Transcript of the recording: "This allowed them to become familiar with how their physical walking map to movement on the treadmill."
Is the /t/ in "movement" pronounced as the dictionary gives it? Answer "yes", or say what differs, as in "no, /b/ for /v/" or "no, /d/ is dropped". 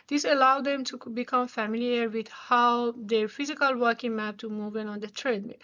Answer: no, /t/ is dropped